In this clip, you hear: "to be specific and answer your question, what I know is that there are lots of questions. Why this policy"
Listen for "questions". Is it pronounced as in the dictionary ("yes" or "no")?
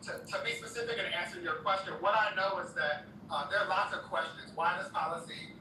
yes